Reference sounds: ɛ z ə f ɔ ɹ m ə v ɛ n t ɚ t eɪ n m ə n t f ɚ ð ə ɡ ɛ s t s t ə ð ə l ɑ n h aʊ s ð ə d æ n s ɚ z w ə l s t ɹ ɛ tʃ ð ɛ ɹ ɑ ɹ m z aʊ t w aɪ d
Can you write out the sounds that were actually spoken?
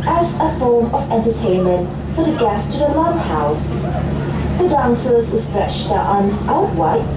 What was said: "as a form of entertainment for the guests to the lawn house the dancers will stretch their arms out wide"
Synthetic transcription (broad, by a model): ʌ z ə f ɔ ɹ m ə v ɛ n t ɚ t eɪ n m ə n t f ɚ ð ə ɡ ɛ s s t ə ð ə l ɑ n h aʊ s ð ə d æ n s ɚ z w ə s t ɹ ɛ tʃ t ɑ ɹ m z aʊ t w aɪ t